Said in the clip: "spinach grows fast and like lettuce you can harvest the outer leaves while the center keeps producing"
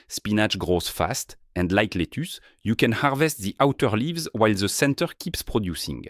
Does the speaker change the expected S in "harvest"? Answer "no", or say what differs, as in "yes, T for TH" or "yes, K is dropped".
no